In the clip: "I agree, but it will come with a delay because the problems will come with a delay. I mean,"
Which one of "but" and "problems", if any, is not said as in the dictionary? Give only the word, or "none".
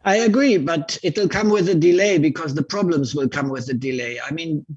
none